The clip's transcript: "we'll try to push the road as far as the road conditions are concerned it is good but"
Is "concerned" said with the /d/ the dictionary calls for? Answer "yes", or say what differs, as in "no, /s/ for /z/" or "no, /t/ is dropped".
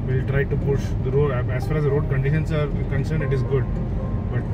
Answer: no, /d/ is dropped